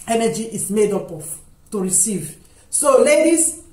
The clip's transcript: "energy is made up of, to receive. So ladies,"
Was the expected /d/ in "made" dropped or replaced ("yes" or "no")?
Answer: no